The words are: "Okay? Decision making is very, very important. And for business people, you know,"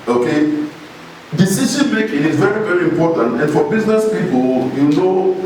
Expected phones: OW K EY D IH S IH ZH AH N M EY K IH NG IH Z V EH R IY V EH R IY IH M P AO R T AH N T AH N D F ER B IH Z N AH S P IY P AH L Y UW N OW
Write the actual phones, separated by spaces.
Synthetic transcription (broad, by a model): OW K EY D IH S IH S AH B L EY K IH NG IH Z V EH R IY V EH R IY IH M P AO T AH N T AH N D F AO B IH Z N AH S P IY P AH L Y UW N OW